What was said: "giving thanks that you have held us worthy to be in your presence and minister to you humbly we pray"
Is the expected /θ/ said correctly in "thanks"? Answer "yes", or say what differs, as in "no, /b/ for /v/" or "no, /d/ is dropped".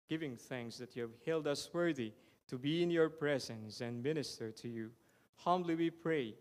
yes